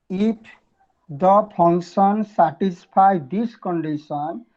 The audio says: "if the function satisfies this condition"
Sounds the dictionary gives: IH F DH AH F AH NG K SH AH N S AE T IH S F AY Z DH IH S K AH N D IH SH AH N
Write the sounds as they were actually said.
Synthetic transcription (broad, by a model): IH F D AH P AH NG K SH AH N S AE T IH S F AY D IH S K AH N D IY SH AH N